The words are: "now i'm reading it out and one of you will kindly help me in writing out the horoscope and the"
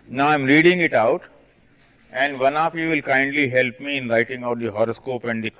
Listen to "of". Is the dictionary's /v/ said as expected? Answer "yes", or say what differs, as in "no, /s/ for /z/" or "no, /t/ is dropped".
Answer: no, /f/ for /v/